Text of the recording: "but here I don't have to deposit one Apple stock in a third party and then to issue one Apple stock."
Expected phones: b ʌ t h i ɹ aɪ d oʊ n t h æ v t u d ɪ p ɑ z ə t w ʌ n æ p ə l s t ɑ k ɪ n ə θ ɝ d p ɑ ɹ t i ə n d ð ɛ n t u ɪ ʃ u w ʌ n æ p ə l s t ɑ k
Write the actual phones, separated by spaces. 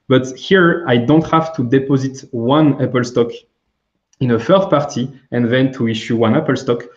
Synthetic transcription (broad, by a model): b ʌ t h i ɹ aɪ d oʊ n t h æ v t u d ɪ p ɑ z ə t w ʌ n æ p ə l s t ɑ k ɪ n ə f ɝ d p ɑ ɹ t i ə n ð ɛ n t u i ʃ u w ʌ n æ p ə l s t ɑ k